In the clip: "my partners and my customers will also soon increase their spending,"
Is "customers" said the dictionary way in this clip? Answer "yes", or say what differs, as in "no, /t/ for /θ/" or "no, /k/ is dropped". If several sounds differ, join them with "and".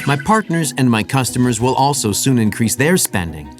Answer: yes